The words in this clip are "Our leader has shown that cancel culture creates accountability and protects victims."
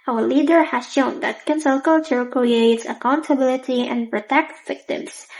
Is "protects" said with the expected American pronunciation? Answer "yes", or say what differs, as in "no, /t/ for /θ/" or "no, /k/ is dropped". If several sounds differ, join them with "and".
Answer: no, /s/ is dropped